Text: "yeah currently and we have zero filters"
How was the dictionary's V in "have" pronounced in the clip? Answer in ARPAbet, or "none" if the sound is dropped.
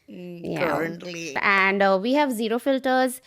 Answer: V